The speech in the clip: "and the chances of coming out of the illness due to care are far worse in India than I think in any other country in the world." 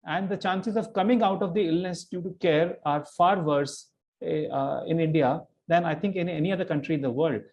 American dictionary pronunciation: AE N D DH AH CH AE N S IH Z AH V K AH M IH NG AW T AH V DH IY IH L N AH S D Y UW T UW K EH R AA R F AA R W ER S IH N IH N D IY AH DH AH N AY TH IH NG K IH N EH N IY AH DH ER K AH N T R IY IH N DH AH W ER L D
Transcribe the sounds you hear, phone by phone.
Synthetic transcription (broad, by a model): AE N D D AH CH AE N S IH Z AH V K AH M IH NG AW T AH V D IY IH L N AH S D Y UW T UW K EH R AA R F AA R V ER S IH N IH N D IY AH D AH N AY T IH NG K IH N EH N IY AH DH ER K AH N T R IY IH N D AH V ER L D